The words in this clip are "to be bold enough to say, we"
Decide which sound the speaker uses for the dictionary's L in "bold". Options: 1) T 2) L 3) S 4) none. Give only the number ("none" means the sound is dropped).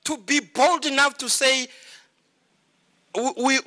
2